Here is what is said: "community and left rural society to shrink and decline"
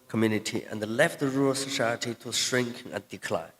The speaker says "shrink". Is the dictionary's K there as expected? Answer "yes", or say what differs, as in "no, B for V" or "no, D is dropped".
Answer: yes